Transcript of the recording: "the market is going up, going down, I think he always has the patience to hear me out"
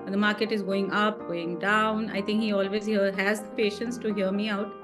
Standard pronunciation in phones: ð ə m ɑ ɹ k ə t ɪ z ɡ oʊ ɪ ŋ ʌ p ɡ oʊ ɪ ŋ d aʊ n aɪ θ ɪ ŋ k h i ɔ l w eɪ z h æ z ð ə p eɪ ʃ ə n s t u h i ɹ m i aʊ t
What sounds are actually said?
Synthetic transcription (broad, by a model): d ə m ɑ ɹ k ə t ɪ z ɡ oʊ ɪ ŋ ʌ p ɡ oʊ ɪ ŋ d aʊ n aɪ t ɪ ŋ k h i ɔ l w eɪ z h æ z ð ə p eɪ ʃ ə n s t u h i ɹ m i aʊ t